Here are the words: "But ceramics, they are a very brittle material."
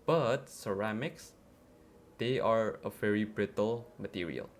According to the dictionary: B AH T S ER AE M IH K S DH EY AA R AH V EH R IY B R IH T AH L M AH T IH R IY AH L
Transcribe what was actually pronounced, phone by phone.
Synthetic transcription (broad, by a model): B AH T S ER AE M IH K S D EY AA R AH V EH R IY B R IH T AH L M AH T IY R IY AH L